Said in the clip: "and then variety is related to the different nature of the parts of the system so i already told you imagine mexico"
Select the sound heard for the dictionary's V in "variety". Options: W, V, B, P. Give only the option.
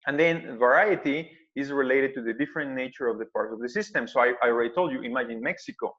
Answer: V